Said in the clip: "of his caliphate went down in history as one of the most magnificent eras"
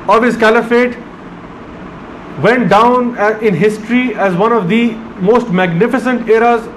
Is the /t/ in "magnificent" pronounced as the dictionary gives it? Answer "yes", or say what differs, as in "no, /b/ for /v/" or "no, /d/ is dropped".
yes